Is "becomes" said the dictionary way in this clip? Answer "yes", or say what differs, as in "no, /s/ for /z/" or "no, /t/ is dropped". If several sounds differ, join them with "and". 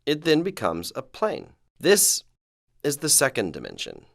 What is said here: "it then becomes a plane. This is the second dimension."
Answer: yes